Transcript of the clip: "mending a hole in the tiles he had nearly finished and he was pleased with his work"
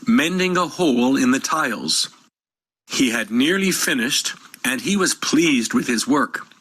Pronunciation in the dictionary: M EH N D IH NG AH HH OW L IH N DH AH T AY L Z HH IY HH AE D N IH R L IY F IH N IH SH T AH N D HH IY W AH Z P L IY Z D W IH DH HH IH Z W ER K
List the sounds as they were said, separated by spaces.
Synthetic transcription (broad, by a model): M EH N D IH NG AH HH OW L IH N DH AH T AY L Z HH IY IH D N IH R L IY F IH N IH SH T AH N IY W AH Z P L IY Z D W IH DH IH Z W ER K